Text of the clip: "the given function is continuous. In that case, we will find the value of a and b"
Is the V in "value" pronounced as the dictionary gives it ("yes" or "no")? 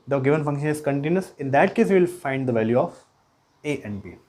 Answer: yes